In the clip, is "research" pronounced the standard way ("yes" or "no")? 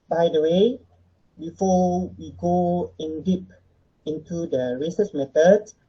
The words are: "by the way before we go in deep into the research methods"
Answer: no